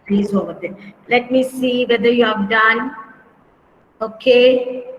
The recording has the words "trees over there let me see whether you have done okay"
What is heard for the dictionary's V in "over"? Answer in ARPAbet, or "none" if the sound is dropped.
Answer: none